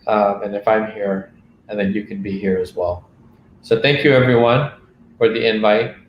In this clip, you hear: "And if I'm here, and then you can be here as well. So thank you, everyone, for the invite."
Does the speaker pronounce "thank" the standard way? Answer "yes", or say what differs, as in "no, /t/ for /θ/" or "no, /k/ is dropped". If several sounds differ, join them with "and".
yes